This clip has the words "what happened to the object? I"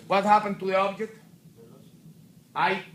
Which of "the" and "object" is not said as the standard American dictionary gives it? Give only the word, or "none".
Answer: none